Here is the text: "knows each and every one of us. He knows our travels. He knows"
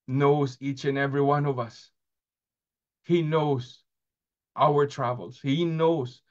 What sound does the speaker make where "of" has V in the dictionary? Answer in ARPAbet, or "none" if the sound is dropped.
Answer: V